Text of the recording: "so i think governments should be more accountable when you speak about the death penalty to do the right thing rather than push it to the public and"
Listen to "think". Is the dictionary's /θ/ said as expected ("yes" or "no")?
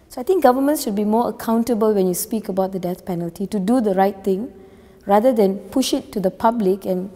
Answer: no